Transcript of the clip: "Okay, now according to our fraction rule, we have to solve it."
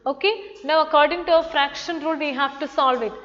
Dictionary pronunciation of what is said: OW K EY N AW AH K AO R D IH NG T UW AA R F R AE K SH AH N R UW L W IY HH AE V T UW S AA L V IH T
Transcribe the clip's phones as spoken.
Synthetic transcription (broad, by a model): OW K EY N AW AH K AO R D IH NG T UW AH F R AE K SH AH N R UW L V IY HH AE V T UW S AA L V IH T